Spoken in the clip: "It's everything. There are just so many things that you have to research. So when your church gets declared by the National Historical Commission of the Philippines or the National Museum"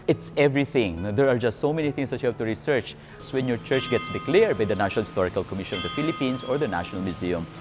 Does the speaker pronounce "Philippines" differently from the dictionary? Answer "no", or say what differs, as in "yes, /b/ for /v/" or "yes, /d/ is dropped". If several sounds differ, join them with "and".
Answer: yes, /s/ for /z/